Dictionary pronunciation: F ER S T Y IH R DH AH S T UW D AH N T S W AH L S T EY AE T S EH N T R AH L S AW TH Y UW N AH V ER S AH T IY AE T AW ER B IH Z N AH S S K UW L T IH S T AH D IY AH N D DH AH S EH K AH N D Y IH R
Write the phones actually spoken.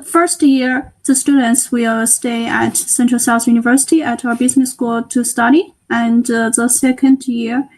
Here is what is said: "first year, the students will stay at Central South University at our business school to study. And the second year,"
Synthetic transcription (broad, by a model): F ER S T Y IH R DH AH S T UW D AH N T S W AH L S T EY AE T S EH N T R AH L S AW TH Y UW N AH V ER S AH T IY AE T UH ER B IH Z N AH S S K UW L T IH S T AH D IY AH N DH AH S EH K AH N D Y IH R